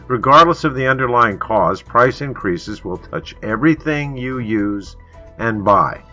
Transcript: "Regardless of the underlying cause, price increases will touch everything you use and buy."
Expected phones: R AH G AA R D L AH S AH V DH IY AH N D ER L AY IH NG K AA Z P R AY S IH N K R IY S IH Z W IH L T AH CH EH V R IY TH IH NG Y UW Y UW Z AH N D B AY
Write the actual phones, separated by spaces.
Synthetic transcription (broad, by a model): R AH G AA R D L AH S AH V DH IY AH N D ER L AY IH NG K AA Z P R AY S IH N K R IY S IH Z W IH L T AH CH EH V R IY TH IH NG Y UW Y UW Z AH N B AY